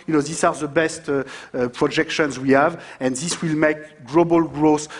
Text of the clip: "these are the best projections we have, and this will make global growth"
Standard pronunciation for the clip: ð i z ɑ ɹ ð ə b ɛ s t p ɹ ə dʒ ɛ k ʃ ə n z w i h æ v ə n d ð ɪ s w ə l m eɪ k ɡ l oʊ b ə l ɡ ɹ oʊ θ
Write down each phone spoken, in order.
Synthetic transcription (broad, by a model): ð i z ɑ ɹ ð ə b ɛ s t p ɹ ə dʒ ɛ k ʃ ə n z w i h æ v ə n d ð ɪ s w ə l m eɪ k ɡ l oʊ b ə l ɡ ɹ oʊ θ